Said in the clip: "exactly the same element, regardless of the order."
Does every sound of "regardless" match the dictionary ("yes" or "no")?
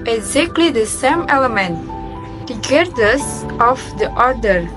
no